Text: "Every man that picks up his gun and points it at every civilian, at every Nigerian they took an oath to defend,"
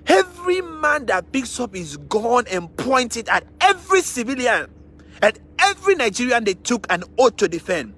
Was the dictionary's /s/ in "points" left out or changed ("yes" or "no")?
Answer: yes